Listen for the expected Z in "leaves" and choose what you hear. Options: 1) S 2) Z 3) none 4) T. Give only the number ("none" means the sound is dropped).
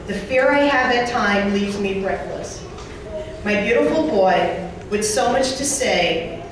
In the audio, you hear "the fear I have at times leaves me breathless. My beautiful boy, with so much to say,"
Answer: 2